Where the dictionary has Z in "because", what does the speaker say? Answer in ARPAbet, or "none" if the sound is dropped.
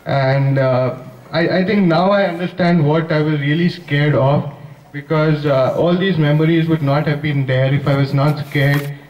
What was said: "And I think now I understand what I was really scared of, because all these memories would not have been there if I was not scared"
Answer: Z